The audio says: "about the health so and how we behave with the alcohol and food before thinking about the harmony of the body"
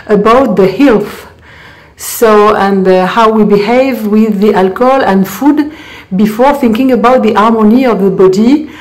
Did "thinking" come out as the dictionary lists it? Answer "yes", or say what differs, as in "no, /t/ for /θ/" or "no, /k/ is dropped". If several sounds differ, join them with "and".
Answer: yes